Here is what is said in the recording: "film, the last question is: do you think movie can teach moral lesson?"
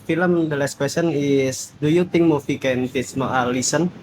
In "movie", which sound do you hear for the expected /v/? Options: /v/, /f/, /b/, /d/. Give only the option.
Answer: /f/